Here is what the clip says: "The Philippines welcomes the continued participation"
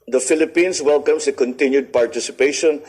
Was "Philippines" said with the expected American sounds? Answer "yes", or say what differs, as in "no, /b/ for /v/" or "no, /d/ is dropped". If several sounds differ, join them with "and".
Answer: no, /s/ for /z/